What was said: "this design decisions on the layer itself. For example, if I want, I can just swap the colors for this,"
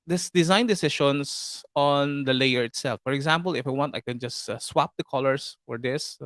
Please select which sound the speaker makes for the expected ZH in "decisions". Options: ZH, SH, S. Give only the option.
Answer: SH